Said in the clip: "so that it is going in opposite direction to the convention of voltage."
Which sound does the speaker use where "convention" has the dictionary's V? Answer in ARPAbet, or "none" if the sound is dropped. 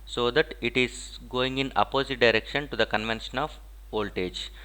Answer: V